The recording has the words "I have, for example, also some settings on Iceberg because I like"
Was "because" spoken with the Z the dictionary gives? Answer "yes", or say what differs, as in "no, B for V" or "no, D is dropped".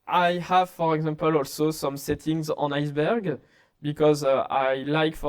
yes